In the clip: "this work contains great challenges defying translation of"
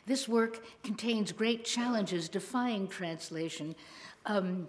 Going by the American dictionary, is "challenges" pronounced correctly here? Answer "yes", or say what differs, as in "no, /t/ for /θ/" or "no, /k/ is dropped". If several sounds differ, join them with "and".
yes